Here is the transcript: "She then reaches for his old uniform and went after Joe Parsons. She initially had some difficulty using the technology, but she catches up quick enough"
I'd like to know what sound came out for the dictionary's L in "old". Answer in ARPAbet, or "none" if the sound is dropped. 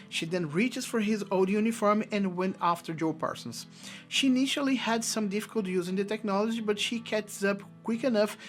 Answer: none